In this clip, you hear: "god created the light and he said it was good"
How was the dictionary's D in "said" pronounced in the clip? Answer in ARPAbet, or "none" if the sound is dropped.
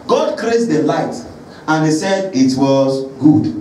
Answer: D